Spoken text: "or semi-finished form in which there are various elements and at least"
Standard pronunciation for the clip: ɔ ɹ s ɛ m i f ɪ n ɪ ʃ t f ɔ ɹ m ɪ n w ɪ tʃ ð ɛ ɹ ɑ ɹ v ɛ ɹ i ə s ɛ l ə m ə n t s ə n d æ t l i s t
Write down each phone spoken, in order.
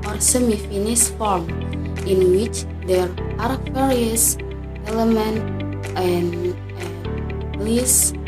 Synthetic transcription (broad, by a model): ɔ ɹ s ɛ m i f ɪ n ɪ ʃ f ɔ ɹ m ɪ n w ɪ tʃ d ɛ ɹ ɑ ɹ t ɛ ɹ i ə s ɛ l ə m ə n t ə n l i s